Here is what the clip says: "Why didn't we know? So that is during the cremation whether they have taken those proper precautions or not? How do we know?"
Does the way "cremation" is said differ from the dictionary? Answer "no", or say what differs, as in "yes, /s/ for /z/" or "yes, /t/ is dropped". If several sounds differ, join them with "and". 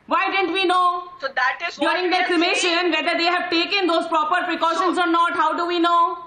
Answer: yes, /l/ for /ɹ/